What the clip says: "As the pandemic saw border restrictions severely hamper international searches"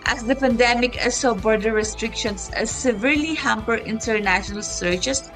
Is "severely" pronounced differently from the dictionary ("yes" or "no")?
no